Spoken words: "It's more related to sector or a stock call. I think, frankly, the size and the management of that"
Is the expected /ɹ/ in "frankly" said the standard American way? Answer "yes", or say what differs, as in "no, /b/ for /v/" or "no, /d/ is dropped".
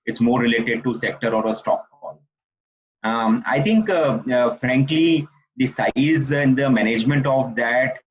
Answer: yes